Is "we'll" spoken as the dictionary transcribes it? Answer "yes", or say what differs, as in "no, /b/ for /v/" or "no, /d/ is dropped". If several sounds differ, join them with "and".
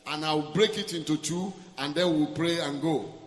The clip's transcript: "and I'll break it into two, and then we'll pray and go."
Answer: yes